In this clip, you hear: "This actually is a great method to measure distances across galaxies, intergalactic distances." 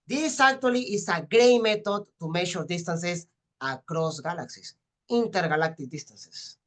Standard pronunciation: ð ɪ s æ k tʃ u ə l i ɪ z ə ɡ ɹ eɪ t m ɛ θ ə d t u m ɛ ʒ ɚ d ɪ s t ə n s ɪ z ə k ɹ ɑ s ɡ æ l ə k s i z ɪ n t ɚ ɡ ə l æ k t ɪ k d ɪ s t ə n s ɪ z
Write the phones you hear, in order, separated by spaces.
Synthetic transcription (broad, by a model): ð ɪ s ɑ k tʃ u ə l i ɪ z ə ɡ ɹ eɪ m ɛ t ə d t u m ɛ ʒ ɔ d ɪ s t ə n s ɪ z ə k ɹ ɑ s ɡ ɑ l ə k s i s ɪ n t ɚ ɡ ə l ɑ k t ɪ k d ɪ s t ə n s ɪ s